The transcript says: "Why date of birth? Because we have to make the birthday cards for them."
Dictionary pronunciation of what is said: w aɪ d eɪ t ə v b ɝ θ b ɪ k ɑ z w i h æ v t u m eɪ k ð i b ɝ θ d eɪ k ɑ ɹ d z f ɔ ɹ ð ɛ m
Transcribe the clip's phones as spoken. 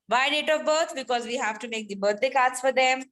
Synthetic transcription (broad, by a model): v aɪ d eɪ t ə v b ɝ t b ɪ k ɑ z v i h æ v t u m eɪ k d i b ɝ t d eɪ k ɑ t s f ɔ ɹ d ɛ m